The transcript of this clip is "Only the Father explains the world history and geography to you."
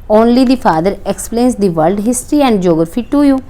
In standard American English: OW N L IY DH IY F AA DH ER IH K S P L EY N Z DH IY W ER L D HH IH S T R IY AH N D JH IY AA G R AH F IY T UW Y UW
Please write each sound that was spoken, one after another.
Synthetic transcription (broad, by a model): OW N L IY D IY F AA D ER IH K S P L EY N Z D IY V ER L D HH IH S T R IY AH N D JH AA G R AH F IY T UW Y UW